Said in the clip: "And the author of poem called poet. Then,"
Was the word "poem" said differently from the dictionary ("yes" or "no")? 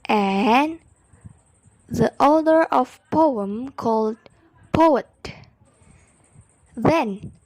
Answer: no